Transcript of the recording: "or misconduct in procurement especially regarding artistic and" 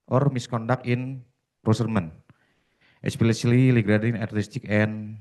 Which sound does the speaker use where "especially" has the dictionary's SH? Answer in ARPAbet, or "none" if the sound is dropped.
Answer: S